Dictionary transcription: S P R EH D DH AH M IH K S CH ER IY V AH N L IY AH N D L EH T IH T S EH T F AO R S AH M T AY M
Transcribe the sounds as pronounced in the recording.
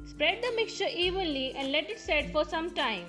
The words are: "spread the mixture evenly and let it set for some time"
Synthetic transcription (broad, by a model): S P R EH D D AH M IH K S CH ER IY V AH N L IY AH N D L EH T IH T S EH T F AO R S AH M T AY M